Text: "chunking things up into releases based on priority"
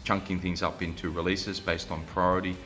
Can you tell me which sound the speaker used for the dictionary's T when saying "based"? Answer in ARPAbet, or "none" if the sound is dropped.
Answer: T